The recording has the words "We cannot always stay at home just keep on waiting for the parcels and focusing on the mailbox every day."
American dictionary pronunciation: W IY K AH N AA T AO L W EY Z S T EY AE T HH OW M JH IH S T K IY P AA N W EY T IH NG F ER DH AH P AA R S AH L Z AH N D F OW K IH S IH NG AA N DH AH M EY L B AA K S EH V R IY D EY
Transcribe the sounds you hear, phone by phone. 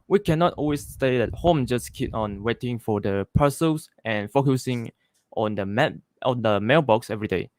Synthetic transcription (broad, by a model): W IY K AH N AA T AO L W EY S S T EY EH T HH OW M JH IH S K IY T AA N W EY T IH NG F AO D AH P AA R S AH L S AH N F OW K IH S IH NG AA N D AH M EY L B AA K S EH V R IY D EY